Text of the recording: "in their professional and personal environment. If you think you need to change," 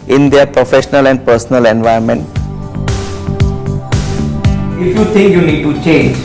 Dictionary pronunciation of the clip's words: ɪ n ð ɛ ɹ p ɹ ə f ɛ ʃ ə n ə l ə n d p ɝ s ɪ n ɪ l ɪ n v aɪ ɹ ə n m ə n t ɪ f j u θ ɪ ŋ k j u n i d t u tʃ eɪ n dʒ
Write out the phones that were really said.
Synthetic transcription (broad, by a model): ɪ n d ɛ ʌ p ɹ ə f ɛ ʃ ə n ə l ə n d p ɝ s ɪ n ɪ l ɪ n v aɪ ə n m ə n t ɪ f j u t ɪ ŋ k j u n i d t u tʃ eɪ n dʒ